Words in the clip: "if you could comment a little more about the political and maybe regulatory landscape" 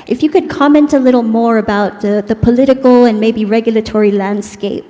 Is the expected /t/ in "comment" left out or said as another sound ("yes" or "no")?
no